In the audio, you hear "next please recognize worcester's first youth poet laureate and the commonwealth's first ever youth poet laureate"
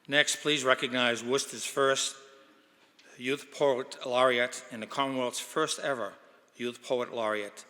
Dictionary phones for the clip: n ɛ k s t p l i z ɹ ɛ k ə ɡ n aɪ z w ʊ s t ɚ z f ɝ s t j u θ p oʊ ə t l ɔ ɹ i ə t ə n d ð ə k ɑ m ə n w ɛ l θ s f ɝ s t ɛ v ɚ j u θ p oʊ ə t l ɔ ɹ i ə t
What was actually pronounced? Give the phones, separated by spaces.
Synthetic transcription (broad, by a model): n ɛ k s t p l i z ɹ ɛ k ə ɡ n aɪ z w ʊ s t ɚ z f ɝ s t j u θ p oʊ ə t l ɔ ɹ i ə t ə n ð ə k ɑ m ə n w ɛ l t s f ɝ s t ɛ v ɚ j u θ p oʊ ə t l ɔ ɹ i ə t